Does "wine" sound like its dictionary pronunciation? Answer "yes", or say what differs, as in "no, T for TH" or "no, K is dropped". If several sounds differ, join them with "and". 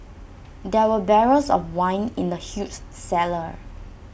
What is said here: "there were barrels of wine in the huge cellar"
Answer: yes